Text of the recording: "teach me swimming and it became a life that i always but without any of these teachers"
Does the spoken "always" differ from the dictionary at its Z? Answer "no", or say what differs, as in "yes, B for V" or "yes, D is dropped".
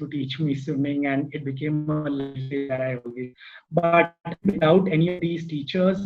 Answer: yes, Z is dropped